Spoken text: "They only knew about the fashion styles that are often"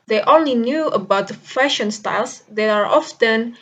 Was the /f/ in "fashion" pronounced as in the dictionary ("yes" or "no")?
yes